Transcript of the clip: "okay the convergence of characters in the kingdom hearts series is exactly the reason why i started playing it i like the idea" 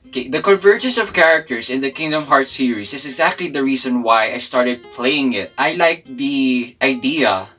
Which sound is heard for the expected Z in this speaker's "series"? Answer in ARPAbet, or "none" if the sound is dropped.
S